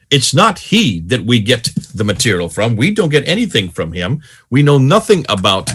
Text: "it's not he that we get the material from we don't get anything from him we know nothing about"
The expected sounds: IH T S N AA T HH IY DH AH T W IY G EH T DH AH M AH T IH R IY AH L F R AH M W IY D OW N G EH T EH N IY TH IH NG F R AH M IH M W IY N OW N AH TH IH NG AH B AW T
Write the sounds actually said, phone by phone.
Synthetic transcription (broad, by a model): IH T S N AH T HH IY DH AH T W IY G EH T DH AH M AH T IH R IY L F R AH M W IY D OW N G EH T EH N IY TH IH NG F R AH M IH M W IY N OW N AH TH IH NG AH B AW T